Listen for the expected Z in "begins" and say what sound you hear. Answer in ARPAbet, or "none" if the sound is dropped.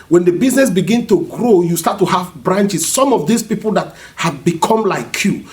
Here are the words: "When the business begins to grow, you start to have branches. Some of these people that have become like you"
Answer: none